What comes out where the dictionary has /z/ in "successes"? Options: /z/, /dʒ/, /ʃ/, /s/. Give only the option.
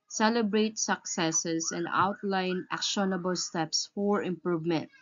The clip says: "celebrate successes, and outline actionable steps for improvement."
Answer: /s/